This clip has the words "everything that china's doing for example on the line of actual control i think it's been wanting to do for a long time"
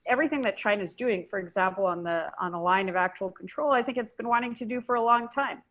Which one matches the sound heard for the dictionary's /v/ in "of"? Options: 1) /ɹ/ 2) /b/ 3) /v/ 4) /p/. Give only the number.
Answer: 3